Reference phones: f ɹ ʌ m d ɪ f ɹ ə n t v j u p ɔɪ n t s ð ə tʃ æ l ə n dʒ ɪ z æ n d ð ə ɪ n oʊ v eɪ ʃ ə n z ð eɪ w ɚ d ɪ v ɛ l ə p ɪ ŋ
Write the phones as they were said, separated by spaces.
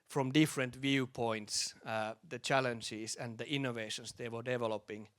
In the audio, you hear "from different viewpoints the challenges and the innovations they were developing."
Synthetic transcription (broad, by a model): f ɹ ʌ m d ɪ f ɹ ə n t v j u p ɔɪ n t s ð ə tʃ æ l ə n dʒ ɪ s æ n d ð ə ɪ n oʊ v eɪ ʃ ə n s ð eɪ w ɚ d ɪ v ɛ l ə p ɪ ŋ